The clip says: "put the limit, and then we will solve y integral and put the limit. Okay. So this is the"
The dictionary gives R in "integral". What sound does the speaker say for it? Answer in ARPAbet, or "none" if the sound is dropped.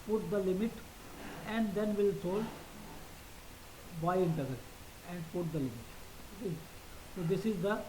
none